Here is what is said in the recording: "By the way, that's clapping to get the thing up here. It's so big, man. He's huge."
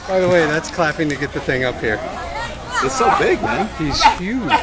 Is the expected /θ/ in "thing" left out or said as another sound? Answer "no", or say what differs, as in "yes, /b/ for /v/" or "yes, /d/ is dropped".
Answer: no